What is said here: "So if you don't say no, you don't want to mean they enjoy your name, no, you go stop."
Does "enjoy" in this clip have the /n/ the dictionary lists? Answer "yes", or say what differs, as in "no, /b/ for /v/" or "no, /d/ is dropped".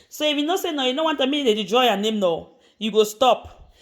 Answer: no, /n/ is dropped